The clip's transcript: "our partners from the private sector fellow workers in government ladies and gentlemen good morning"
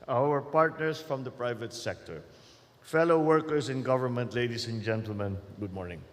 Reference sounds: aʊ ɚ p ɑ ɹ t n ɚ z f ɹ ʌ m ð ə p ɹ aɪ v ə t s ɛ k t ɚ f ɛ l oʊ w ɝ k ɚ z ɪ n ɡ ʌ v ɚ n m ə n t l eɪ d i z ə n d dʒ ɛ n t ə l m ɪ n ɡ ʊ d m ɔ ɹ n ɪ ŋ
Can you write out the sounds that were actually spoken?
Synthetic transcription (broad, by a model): aʊ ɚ p ɑ ɹ t n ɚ s f ɹ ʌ m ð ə p ɹ aɪ v ə t s ɛ k t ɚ f ɛ l oʊ w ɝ k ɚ s ɪ n ɡ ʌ v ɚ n m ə n t l eɪ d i s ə n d dʒ ɛ n t ə l m ɪ n ɡ ʊ d m ɔ ɹ n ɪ ŋ